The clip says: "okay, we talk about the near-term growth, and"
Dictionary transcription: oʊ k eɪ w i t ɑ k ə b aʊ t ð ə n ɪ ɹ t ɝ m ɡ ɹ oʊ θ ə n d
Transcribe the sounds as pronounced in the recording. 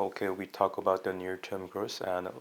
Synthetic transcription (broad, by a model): oʊ k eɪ w i t ɑ k ə b aʊ t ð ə n ɪ ɹ t ɝ m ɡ ɹ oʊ s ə n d